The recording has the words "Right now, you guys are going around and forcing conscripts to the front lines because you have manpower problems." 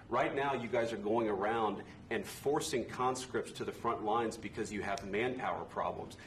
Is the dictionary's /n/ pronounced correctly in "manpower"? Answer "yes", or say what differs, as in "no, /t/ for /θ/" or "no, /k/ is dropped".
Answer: yes